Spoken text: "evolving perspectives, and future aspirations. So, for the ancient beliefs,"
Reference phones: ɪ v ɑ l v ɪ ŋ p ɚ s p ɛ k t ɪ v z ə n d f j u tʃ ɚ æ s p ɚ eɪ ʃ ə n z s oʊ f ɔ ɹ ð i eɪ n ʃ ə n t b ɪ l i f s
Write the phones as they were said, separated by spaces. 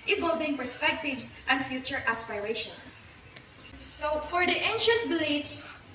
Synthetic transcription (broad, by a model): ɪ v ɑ l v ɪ ŋ p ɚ s p ɛ k t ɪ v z ə n d f j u tʃ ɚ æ s p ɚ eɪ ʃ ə n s s oʊ f ɔ ɹ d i eɪ n ʃ ə n t b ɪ l i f s